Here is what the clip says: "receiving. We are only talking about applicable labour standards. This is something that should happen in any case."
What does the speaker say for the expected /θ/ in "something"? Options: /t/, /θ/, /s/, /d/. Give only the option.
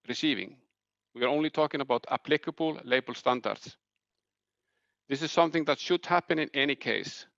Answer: /θ/